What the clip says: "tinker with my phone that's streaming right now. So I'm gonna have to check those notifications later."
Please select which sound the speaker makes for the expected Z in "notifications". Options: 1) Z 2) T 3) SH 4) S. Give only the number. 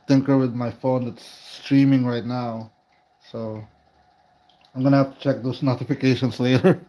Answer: 4